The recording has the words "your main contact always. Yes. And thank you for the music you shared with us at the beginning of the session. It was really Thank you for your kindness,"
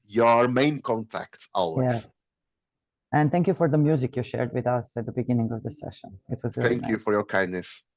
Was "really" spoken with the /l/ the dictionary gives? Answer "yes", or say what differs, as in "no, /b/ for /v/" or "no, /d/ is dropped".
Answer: no, /l/ is dropped